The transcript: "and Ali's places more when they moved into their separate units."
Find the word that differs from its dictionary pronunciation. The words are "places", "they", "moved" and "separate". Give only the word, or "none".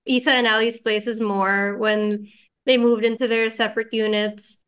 none